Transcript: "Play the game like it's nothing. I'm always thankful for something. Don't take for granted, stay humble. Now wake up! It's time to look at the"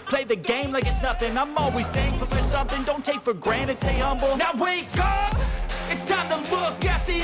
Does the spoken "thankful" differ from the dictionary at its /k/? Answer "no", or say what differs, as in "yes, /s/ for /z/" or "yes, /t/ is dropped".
yes, /k/ is dropped